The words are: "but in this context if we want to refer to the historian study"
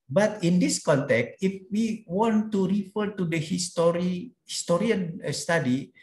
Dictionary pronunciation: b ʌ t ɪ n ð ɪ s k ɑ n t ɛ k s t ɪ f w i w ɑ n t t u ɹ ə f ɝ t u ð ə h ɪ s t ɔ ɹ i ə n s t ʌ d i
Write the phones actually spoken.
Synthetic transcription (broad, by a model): b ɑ t ɪ n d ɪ s k ɑ n t ɛ k s t ɪ f w i w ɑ n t t u ɹ ə f ɝ t u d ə h ɪ s t ɔ ɹ i ə n s t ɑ d i